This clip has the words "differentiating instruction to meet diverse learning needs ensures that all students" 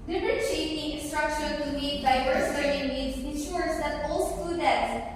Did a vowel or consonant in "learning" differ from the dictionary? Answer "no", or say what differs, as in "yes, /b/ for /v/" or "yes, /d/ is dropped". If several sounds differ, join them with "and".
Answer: yes, /n/ is dropped